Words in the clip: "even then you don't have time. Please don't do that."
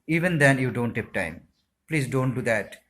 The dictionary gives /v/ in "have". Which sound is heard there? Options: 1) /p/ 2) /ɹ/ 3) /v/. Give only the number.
1